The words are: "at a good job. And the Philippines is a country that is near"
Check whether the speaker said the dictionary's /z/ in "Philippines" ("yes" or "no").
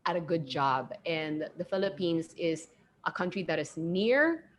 yes